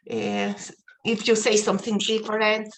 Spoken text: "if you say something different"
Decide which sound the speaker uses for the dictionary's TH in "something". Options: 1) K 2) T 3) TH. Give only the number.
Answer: 3